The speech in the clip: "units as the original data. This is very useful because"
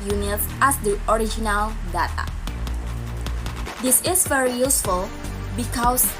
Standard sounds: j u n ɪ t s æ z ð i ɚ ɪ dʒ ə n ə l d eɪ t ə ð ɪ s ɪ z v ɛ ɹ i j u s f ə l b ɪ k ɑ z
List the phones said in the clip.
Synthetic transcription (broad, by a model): j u n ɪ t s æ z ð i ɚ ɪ dʒ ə n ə l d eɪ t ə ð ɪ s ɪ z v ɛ ɹ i j u s f ə l b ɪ k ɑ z